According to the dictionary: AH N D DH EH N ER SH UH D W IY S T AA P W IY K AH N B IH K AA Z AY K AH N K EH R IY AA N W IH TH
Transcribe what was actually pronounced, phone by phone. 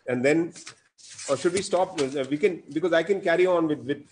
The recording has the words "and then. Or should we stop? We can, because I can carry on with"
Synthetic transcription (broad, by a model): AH N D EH N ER SH UH D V IY S T AA P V IY K AH N B IH K AA Z AY K AH N K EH R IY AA N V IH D